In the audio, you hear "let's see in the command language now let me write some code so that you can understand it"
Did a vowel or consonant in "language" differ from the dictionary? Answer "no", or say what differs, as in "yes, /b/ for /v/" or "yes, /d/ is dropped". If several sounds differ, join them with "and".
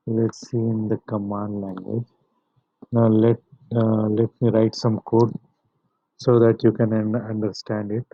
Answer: no